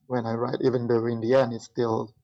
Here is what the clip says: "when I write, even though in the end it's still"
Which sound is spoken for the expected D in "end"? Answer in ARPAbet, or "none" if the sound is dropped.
none